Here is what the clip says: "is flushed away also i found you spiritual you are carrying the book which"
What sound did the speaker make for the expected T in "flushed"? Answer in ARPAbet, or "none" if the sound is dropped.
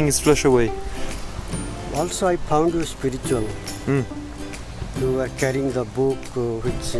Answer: none